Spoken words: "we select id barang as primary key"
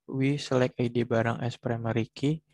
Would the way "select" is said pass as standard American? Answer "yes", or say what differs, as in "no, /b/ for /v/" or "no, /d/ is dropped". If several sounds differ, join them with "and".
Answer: no, /t/ is dropped